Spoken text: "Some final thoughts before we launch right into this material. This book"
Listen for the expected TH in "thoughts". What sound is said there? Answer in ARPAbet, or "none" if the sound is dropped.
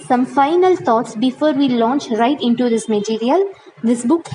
T